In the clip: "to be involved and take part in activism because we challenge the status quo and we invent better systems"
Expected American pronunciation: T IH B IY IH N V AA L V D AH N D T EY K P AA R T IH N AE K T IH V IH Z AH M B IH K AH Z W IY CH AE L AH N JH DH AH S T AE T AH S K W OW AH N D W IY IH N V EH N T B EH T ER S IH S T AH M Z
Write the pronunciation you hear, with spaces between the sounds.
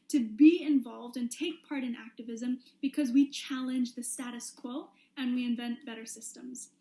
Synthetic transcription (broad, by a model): T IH B IY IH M V AA L V D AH N T EY K P AA R T IH N AE K T IH V IH Z AH M B IH K AH Z W IY CH AE L AH N JH DH AH S T AE T AH S K W OW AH N W IY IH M V EH N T B EH T ER S IH S T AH M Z